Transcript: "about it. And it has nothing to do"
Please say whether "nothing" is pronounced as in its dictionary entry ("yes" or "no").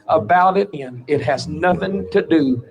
yes